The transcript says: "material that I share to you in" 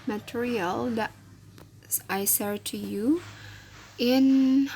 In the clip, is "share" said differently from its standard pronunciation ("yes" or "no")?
yes